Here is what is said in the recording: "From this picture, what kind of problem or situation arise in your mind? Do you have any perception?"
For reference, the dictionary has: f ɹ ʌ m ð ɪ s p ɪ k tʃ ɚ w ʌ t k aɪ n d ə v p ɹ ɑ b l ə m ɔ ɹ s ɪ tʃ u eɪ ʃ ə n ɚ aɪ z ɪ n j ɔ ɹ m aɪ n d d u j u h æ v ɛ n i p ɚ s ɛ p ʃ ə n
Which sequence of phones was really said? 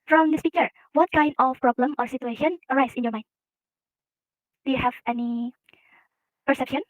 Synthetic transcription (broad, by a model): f ɹ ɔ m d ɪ s p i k ɚ w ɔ t k aɪ n d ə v p ɹ ɑ b l ə m ɔ ɹ s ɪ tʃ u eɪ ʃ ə n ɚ aɪ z ɪ n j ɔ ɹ m aɪ n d d u j u h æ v ɛ n i p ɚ s ɛ p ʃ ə n